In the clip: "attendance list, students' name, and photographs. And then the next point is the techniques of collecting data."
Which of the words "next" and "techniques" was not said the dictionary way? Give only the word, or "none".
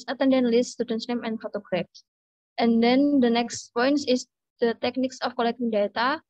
none